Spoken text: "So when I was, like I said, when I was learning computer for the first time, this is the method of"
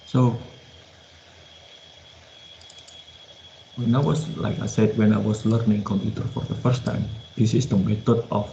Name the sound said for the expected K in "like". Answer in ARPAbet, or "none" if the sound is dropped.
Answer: K